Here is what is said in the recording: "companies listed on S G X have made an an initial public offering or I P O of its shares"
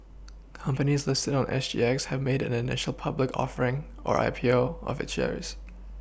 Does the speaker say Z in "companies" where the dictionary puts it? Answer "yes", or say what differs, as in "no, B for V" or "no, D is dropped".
yes